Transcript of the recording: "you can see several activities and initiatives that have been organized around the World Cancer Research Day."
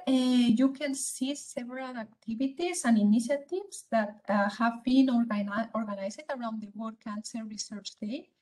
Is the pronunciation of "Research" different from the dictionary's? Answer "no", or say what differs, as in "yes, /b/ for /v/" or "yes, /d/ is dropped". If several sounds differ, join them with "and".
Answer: no